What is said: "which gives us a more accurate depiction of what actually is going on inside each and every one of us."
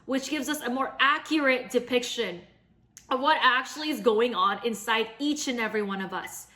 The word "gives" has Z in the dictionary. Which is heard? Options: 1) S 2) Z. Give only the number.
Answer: 2